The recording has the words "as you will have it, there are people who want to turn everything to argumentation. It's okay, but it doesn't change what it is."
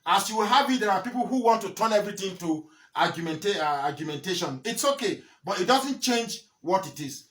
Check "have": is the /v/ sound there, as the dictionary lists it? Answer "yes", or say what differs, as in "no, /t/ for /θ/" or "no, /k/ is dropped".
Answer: no, /b/ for /v/